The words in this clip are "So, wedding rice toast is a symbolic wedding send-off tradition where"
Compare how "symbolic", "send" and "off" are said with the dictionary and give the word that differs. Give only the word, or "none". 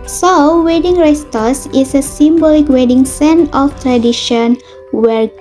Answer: send